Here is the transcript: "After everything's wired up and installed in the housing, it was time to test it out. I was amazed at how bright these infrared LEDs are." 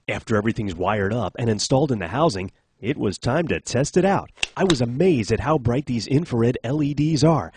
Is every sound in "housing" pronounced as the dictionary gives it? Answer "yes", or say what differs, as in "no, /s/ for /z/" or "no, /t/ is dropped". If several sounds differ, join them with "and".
yes